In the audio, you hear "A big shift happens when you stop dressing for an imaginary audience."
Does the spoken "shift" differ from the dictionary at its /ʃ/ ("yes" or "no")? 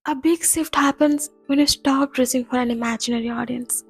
yes